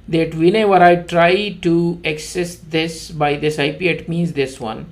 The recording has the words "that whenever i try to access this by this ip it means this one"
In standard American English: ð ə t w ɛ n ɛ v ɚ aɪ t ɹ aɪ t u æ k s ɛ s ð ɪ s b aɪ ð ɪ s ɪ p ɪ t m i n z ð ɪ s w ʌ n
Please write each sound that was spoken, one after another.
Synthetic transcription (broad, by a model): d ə t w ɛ n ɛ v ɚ aɪ t ɹ aɪ t u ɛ k s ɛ s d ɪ s b aɪ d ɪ s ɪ p ɪ t m i n z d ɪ s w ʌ n